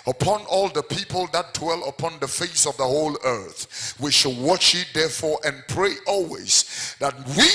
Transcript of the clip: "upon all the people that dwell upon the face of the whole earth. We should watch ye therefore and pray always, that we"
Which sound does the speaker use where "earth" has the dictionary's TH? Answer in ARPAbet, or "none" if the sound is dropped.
TH